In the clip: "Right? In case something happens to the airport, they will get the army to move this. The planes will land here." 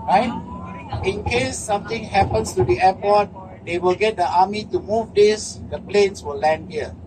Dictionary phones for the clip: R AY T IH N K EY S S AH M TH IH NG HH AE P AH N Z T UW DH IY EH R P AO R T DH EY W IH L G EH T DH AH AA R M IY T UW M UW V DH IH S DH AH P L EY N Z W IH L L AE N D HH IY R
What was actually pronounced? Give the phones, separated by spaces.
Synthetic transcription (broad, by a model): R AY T IH N K EY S S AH M T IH NG HH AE P AH N S T UW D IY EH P AO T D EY W IH L G EH T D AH AA M IY T UW M UW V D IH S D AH P L EY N S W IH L L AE N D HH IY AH